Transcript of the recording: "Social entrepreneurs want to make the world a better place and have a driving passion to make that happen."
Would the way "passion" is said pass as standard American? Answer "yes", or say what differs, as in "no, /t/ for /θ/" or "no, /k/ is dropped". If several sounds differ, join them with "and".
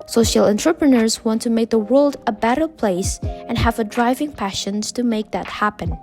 yes